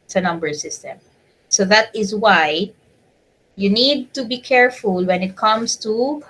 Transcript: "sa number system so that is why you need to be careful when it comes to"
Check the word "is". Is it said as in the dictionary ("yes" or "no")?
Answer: yes